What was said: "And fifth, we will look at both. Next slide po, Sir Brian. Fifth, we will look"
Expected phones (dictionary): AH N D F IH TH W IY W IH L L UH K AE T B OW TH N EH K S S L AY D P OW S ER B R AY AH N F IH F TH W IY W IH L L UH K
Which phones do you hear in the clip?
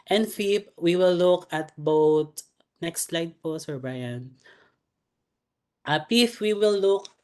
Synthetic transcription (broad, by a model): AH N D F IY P W IY W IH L L UH K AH T B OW T N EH K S S L AY D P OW S ER B R AY AH N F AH P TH W IY W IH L L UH K